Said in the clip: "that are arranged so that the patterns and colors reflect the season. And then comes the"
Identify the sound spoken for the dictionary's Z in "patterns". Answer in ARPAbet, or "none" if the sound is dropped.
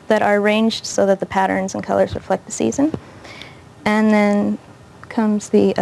Z